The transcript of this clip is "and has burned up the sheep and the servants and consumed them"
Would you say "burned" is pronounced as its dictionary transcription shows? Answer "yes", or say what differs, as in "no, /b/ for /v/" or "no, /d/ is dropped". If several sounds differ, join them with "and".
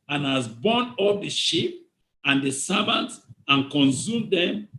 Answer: no, /d/ is dropped